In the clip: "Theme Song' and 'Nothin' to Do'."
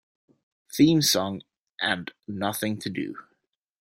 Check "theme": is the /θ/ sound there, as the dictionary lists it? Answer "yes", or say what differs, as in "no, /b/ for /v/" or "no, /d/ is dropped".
yes